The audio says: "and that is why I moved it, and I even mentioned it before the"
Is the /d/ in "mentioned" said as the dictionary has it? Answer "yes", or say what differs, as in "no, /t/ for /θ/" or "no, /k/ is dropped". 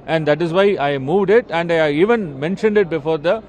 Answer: yes